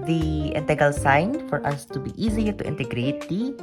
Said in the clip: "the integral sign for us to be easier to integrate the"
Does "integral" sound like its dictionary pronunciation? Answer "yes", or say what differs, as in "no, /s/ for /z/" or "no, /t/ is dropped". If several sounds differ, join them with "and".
no, /ɹ/ is dropped